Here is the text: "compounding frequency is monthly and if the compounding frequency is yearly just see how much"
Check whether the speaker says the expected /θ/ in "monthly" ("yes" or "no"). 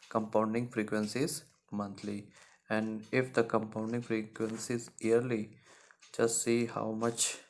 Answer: no